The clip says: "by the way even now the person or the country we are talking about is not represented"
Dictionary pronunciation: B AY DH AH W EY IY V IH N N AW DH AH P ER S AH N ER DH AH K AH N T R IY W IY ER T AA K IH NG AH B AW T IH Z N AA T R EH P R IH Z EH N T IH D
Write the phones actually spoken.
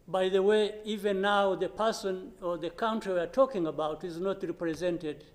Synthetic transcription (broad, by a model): B AY DH AH W EY IY V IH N N AW DH AH P ER S AH N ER DH AH K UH N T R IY W IY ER T AA K IH NG AH B AW T IH Z N AA T R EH P R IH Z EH N T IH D